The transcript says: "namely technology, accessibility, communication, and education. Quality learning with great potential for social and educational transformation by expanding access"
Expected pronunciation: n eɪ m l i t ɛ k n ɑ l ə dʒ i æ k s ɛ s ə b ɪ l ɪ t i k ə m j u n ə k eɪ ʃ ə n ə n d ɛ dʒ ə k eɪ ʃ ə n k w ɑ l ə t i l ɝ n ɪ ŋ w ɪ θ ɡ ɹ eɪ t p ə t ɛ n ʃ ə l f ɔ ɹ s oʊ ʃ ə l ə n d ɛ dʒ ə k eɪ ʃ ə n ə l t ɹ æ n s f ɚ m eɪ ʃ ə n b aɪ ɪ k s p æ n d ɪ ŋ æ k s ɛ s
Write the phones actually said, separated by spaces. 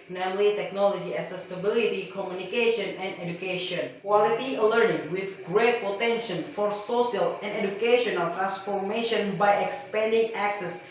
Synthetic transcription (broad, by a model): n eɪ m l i t ɛ k n ɑ l ə dʒ i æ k s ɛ s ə b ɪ l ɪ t i k ə m j u n ə k eɪ ʃ ə n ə n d ɛ dʒ ə k eɪ ʃ ə n k w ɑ l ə t i l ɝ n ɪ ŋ w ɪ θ ɡ ɹ eɪ t p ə t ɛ n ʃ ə n f ɔ ɹ s oʊ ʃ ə l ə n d ɛ dʒ ə k eɪ ʃ ə n ə l t ɹ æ n s f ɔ m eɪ ʃ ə n b aɪ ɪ k s p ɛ n d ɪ ŋ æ k s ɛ s